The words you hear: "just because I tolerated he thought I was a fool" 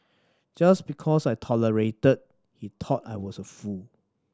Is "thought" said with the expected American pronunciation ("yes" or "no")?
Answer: no